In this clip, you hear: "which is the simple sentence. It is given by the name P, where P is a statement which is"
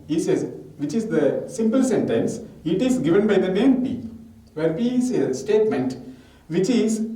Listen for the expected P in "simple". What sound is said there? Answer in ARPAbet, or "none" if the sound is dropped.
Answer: P